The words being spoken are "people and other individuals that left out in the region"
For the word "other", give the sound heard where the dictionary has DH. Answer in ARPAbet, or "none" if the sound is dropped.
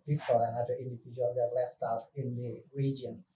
none